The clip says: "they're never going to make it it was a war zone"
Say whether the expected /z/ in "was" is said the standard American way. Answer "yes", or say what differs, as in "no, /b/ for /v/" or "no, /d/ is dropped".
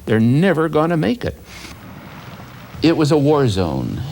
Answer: yes